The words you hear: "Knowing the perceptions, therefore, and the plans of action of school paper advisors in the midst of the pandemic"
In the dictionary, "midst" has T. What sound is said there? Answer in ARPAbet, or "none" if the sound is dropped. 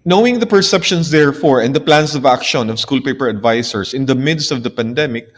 T